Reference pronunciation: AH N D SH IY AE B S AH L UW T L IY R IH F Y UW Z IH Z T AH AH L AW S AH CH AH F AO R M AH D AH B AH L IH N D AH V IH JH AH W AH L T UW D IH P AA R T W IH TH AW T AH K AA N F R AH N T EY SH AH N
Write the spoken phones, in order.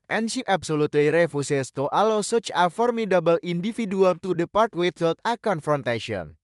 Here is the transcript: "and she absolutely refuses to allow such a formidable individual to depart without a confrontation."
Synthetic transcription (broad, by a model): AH N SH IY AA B S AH L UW T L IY R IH F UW S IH S T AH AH L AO S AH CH AH F AO R M AH D AH B AH L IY N D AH F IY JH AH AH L T UW D IH P AA R T W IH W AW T AH K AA N F R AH N T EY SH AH N